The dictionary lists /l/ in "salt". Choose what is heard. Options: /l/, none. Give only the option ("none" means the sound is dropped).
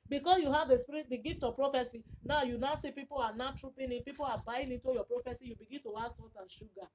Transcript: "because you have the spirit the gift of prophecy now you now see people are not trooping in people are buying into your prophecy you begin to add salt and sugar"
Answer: none